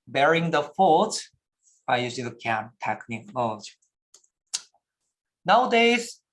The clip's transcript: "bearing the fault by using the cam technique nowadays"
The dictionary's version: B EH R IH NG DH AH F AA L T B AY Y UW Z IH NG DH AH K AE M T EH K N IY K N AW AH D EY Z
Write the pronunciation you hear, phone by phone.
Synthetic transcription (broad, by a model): B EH R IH NG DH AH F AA T B AY Y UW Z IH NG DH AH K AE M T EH K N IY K N AW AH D EY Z